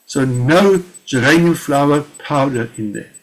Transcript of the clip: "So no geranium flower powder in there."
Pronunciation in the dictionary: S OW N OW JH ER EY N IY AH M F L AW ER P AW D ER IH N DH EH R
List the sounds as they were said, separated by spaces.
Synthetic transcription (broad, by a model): S OW N OW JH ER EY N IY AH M F L AW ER P AW D ER IH N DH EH